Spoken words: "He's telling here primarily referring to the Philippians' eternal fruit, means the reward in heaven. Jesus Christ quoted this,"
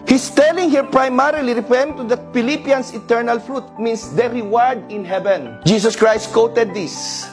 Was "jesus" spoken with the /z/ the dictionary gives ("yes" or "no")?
no